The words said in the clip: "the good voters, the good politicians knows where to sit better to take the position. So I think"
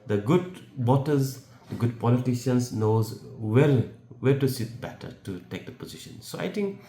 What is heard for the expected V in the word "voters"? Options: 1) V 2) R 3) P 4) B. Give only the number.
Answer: 4